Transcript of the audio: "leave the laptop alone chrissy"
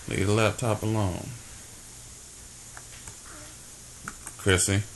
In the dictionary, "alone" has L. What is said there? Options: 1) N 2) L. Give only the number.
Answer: 2